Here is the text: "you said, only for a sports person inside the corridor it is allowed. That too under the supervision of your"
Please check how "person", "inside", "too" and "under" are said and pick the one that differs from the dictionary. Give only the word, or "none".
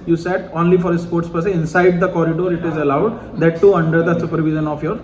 person